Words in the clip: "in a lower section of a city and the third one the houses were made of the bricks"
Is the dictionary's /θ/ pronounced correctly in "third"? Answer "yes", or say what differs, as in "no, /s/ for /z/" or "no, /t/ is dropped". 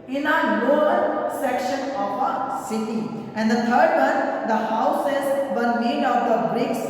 no, /t/ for /θ/